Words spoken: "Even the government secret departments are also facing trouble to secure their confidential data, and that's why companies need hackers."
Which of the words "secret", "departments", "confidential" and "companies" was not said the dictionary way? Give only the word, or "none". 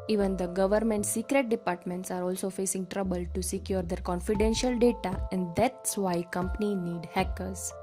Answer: companies